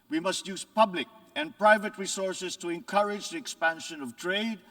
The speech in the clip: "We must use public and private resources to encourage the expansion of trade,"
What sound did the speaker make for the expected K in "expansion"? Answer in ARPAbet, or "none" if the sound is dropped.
K